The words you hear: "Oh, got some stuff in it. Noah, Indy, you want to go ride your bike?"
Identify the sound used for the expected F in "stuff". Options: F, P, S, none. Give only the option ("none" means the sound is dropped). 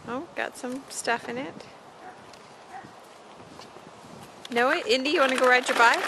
F